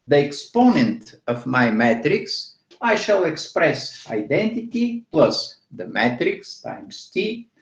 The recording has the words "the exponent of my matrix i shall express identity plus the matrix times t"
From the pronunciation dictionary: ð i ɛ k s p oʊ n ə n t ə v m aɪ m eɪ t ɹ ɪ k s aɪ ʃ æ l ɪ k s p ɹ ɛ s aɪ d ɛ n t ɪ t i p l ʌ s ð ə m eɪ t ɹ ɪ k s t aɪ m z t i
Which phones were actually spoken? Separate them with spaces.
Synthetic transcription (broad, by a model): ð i ɛ k s p oʊ n ə n t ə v m aɪ m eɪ t ɹ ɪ k s aɪ ʃ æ l ɪ k s p ɹ ɛ s aɪ d ɛ n t ɪ t i p l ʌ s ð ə m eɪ t ɹ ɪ k s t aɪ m s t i